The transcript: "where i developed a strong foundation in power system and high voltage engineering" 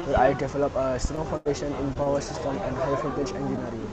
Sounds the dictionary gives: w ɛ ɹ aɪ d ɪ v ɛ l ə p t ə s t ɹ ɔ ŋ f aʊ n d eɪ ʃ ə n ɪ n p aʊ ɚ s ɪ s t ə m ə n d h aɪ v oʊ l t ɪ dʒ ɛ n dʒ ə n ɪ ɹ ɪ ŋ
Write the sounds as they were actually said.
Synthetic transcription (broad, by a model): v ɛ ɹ aɪ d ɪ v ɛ l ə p ə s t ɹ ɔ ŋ f aʊ n d eɪ ʃ ə n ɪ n p aʊ ɚ s ɪ s t ə m ə n d h aɪ f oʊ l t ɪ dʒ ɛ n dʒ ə n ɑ ɹ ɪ